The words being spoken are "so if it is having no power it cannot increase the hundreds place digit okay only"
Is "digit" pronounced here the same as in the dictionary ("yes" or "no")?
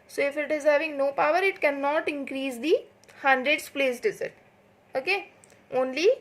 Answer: no